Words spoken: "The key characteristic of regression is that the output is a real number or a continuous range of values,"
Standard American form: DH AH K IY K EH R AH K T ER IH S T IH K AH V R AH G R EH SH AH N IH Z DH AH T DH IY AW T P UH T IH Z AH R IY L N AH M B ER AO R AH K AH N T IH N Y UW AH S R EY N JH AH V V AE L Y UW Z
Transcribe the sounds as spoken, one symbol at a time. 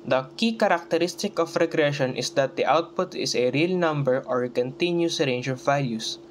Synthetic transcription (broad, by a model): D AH K IY K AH R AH K T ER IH S T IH K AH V R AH G R EH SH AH N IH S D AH T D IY AW T P UH T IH S AH R IY L N AH M B ER AO R K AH N T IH N Y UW S R EY N JH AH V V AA L Y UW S